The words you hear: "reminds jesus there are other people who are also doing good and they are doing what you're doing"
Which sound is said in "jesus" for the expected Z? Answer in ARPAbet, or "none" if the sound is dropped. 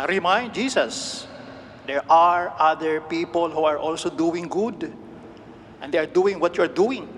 S